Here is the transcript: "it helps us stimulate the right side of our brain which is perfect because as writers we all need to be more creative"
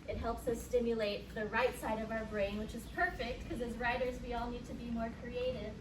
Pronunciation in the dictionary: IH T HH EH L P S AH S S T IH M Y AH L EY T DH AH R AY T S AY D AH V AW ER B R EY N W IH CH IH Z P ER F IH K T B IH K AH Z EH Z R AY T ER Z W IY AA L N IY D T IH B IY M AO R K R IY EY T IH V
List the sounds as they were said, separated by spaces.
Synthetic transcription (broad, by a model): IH T HH EH L P S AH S S T IH M Y AH L EY T DH AH R AY T S AY D AH V AW ER B R EY N W IH CH IH Z P ER F IH K T K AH Z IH Z R AY T ER Z W IY AA L N IY D T IH B IY M AO R K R IY EY T IH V